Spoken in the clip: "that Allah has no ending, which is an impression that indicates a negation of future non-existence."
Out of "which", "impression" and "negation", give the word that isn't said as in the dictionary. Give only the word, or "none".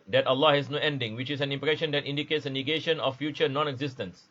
none